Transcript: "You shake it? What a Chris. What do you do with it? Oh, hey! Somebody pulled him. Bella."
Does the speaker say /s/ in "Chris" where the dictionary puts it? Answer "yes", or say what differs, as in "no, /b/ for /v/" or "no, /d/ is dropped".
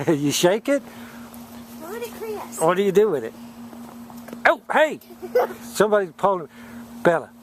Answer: no, /s/ is dropped